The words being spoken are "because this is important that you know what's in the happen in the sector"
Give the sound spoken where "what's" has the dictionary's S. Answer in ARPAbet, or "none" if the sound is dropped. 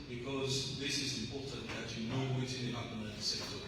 none